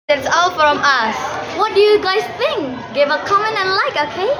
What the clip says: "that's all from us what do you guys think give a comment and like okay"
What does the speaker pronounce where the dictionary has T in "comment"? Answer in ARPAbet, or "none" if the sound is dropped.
none